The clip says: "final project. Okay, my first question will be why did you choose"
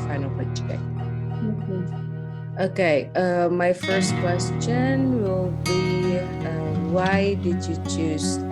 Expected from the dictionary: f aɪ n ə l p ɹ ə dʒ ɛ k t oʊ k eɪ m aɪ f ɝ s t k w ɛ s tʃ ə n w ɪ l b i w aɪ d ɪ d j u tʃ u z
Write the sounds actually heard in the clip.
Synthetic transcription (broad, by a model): f aɪ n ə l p ə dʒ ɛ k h oʊ k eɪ m aɪ f ɝ s t k w ɛ s tʃ ə n w ɪ l b i w aɪ d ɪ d j u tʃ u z